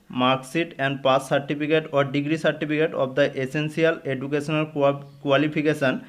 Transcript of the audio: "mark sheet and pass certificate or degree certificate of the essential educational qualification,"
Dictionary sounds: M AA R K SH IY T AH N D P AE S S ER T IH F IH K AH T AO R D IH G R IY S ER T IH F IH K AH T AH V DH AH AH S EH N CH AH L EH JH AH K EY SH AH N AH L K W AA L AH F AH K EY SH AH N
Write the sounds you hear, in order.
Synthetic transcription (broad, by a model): M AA R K S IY T AH N D P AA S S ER T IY P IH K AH T AO R D IH G R IY S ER T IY P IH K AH T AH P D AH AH S EH N S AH L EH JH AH K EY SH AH N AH L K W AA L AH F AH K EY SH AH N